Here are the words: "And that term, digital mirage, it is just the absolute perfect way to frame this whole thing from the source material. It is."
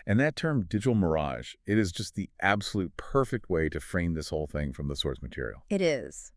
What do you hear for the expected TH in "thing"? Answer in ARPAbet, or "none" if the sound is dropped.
TH